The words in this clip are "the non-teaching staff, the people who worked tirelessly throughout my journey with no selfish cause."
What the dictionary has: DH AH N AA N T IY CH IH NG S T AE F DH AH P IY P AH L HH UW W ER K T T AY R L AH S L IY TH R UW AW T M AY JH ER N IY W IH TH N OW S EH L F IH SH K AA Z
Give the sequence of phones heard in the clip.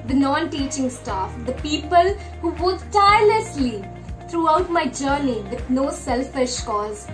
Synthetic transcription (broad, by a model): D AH N AA N T IY CH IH NG S T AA F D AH P IY P AH L HH UW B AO T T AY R L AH S L IY T R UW AW T M AY JH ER N IY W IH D N OW S EH L F IH SH K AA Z